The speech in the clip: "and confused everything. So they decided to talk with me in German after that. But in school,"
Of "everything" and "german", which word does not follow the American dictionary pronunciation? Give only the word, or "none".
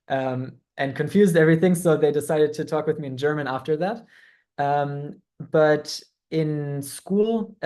none